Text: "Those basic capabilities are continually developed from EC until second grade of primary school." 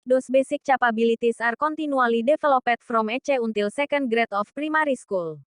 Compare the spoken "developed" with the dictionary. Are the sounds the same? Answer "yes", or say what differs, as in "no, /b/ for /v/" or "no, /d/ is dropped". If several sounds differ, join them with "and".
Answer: no, /f/ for /v/